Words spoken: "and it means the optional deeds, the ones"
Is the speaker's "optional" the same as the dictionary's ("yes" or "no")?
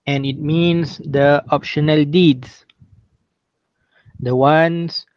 yes